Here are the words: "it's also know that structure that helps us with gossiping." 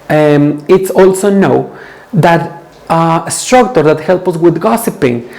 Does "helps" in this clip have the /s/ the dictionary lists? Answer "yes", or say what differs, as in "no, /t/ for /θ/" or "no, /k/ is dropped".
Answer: no, /s/ is dropped